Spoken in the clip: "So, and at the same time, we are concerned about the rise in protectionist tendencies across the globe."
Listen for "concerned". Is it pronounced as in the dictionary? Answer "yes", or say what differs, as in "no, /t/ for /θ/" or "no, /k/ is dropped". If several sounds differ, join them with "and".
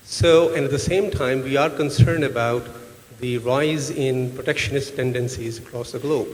yes